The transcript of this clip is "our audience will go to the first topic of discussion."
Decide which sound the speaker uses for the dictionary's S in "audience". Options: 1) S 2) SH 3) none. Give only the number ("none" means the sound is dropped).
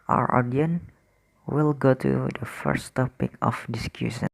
3